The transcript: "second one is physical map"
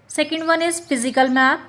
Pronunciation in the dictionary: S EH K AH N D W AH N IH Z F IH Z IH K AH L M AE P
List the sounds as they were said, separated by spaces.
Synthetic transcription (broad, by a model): S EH K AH N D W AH N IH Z P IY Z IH K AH L M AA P